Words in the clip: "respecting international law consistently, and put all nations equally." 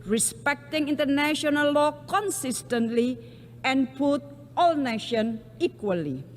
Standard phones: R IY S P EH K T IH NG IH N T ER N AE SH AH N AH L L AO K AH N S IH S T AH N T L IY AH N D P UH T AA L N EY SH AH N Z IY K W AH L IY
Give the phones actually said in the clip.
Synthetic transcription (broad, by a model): R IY S P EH K T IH NG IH N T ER N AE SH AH N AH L L AO K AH N S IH S T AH N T L IY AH N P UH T AA L N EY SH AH N IY K W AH L IY